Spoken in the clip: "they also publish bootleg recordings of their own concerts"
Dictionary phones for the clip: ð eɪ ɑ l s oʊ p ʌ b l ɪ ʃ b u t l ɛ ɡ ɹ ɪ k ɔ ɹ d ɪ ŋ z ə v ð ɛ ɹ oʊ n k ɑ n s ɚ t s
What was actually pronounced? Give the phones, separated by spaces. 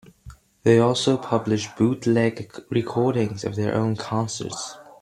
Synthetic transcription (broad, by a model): ð eɪ ɑ l s oʊ p ʌ b l ɪ ʃ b u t l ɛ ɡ ɹ ɪ k ɔ ɹ d ɪ ŋ z ə v ð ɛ ɹ oʊ n k ɑ n s ɚ t s